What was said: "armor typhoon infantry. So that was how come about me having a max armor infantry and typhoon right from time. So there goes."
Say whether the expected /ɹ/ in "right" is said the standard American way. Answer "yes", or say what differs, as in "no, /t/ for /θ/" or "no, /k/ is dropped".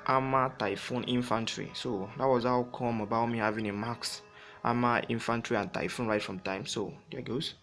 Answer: yes